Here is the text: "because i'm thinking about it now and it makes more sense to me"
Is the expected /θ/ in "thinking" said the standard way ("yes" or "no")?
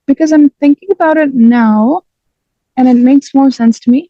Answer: yes